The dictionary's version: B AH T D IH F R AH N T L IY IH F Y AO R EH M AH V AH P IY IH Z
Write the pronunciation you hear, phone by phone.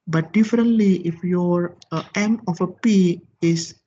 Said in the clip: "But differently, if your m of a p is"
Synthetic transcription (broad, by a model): B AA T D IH F R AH N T L IY IH F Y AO R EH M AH F AH P IY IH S